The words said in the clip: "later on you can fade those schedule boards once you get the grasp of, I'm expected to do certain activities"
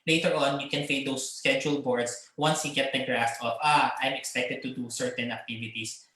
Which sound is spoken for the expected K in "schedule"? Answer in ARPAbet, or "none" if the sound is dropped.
K